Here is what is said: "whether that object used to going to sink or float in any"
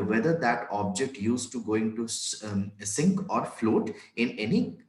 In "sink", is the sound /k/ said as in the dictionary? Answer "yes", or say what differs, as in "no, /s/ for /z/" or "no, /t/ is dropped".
yes